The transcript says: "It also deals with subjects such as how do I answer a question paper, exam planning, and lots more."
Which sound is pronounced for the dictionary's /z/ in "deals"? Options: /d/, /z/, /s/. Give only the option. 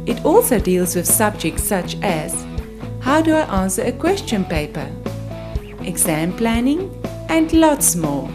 /z/